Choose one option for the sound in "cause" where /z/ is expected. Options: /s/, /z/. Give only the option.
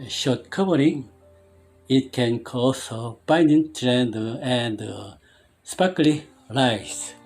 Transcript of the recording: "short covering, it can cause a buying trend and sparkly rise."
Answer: /s/